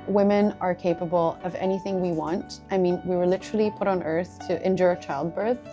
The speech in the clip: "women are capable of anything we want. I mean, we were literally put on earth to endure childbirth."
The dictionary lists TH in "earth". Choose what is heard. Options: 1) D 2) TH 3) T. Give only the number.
2